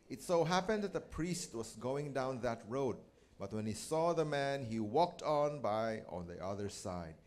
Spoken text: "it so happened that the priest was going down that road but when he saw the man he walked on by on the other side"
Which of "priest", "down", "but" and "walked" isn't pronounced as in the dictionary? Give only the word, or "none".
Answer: none